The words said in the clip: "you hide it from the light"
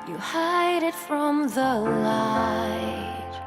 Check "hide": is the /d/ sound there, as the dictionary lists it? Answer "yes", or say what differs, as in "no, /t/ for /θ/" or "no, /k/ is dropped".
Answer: yes